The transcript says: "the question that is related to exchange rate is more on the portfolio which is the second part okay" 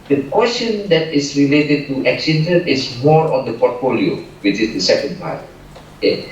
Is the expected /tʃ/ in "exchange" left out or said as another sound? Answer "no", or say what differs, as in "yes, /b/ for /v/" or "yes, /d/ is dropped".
yes, /tʃ/ is dropped